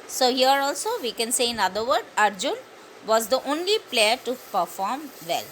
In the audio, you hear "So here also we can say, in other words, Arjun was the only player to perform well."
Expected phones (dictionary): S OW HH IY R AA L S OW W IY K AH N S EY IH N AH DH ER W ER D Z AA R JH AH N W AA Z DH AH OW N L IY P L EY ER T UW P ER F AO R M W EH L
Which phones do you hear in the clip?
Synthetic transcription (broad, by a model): S OW HH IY R AA L S OW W IY K AH N S EY IH N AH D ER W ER D AA R JH AH N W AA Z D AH OW N L IY P L EY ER T UW P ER F AO R M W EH L